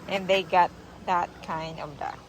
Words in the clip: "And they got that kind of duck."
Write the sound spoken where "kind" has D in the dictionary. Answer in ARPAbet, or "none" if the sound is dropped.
D